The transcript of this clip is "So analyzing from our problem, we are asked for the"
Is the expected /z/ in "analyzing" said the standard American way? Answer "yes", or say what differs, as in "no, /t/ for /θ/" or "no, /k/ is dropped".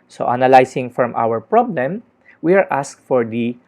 no, /s/ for /z/